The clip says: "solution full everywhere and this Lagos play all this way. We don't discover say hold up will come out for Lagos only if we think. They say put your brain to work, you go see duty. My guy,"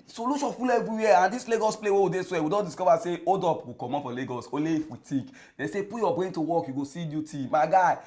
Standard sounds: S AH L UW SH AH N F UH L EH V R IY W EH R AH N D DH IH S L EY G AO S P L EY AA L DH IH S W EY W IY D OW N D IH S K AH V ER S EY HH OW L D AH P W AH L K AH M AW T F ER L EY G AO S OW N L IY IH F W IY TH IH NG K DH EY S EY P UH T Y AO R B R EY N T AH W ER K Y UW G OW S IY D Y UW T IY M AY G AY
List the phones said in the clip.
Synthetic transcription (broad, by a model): S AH L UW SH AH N F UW L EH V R IY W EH AH N D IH S L EY G AO S P L EY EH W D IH S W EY W IY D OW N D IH S K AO V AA S EY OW D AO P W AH K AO M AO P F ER L EY G AO S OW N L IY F W IY T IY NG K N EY S EY P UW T Y AO B R EY N T AH W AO K Y UW G OW S IY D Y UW T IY M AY G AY